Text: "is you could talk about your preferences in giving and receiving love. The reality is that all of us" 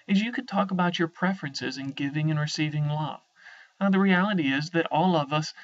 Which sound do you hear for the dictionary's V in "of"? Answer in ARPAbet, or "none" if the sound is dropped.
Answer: V